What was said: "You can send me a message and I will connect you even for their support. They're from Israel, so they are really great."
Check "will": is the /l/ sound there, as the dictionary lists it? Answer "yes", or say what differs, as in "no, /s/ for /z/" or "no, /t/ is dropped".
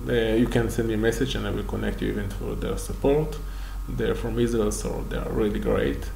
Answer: yes